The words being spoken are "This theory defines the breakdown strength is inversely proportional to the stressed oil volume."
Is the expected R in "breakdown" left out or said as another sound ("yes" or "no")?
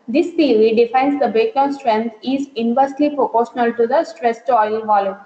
yes